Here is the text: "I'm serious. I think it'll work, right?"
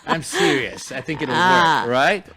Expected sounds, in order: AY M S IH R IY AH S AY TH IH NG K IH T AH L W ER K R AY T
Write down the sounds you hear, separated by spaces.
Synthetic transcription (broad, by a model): AY M S IH R IY AH S AY TH IH NG K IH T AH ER R AY T